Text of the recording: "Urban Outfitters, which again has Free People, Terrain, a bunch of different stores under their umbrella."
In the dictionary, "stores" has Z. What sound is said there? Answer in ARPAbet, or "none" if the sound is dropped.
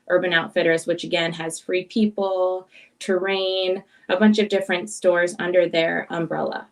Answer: Z